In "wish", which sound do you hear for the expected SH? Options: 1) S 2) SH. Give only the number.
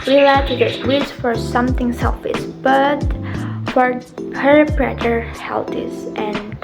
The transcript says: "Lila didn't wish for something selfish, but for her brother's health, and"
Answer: 1